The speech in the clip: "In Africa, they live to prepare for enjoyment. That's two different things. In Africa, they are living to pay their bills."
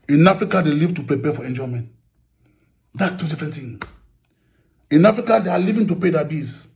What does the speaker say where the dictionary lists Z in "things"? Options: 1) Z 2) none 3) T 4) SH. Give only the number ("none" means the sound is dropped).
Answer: 2